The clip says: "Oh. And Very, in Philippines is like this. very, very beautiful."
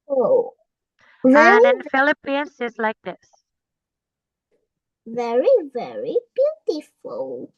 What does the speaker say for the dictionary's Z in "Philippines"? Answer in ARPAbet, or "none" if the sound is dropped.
S